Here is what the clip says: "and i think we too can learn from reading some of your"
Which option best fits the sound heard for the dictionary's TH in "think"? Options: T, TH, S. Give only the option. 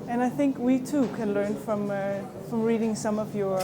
TH